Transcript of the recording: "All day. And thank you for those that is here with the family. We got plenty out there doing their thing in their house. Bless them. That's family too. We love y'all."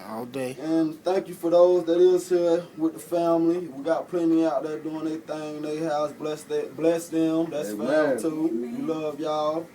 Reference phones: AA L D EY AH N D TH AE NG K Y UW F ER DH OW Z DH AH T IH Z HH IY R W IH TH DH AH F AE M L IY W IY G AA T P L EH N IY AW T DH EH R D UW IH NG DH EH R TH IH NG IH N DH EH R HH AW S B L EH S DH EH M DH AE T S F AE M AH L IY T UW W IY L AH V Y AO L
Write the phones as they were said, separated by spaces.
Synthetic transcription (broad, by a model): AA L D EY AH N TH AE NG K Y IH F ER DH OW Z DH AH T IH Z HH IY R W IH DH AH F AE M L IY W IY G AA T P L EH N IY AW T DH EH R D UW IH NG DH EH TH IH NG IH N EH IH HH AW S B L EH S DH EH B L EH S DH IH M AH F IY T UW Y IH L AH V Y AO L